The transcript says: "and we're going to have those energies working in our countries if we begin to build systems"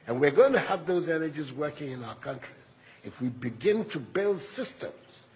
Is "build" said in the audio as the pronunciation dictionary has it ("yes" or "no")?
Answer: yes